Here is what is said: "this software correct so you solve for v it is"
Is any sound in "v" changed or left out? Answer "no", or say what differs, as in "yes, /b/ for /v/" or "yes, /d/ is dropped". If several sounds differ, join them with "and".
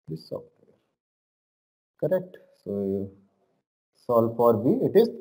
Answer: yes, /b/ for /v/